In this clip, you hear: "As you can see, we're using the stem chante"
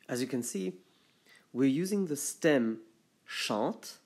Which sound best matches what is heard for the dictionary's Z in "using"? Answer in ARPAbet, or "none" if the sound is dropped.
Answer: Z